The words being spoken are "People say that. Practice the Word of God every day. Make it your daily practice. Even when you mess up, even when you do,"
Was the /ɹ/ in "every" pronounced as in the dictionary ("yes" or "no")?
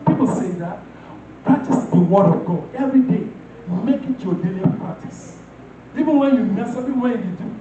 yes